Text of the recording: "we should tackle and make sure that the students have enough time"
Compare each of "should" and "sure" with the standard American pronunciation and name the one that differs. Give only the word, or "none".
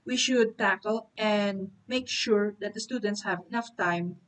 none